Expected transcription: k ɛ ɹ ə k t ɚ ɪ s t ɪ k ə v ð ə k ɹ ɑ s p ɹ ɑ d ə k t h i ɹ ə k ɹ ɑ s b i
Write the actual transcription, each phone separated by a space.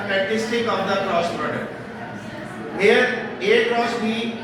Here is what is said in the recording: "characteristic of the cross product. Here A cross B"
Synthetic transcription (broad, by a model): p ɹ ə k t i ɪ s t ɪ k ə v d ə k ɹ ɑ s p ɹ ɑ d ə t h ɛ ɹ ə k ɹ ɑ s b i